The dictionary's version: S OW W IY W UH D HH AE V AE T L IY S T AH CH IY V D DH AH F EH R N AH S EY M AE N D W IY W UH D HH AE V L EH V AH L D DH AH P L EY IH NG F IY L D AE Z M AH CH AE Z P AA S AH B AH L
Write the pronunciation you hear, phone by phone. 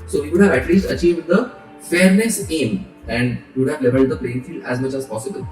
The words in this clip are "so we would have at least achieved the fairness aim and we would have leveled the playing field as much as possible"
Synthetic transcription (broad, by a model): S OW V IY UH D HH AE V AE T L IY S T AH CH IY V D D AH F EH R N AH S EY M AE N D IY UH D HH AE V L EH V AH L D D AH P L EY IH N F IY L AE Z M AH CH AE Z P AA S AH B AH L